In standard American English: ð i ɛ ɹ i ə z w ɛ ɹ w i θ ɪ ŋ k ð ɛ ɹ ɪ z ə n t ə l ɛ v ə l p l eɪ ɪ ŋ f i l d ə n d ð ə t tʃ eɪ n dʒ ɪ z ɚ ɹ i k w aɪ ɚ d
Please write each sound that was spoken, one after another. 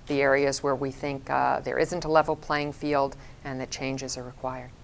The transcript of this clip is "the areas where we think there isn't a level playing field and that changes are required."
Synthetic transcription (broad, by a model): ð i ɛ ɹ i ə z w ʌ ɹ w i θ ɪ ŋ k ð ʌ ɹ ɪ z ə n t ə l ɛ v l p l eɪ ɪ ŋ f i l d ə n ð ə t tʃ eɪ n dʒ ɪ z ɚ ɹ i k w aɪ ɚ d